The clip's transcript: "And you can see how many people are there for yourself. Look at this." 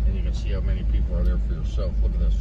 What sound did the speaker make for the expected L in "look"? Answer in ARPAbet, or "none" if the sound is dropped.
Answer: W